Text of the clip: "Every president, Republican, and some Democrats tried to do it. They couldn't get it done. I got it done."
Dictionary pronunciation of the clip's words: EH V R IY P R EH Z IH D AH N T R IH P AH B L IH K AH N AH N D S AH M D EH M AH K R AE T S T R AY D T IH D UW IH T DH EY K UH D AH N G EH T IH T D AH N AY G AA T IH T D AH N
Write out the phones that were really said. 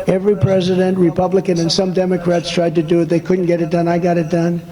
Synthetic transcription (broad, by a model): EH V R IY P R EH Z IH D AH N T R IH P AH B L IH K AH N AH N S AH M D EH M AH K R AE T S T R AY D T IH D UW IH T DH EY K UH D N G EH T IH T D AH N AY G AA T IH T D AH N